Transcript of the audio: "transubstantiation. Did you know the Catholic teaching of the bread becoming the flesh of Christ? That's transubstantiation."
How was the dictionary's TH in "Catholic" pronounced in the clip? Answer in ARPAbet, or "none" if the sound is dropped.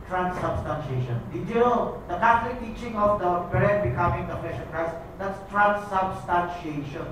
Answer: T